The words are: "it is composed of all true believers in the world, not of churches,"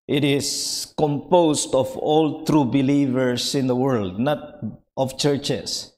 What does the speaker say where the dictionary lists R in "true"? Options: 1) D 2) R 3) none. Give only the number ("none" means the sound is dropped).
2